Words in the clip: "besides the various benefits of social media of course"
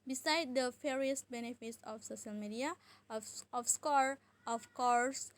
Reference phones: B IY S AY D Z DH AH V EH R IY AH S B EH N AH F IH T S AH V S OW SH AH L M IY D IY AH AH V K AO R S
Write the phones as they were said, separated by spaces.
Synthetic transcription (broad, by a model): B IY S AY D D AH F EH R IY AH S B EH N AH F IH T S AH F S OW SH AH L M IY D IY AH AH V K AO R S